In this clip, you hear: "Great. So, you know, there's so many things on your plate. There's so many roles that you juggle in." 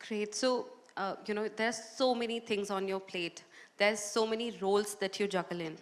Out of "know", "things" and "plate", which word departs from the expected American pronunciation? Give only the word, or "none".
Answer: things